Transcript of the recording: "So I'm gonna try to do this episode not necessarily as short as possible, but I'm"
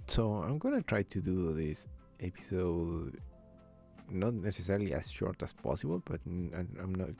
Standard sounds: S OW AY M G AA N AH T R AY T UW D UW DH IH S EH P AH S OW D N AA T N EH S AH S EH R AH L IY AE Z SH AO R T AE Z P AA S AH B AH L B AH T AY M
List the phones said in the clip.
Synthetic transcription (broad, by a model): S OW AY M G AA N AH T R AY T UW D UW DH IH S EH P AH S OW D N AA T N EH S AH S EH R L IY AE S SH AO R T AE S P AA S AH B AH L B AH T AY M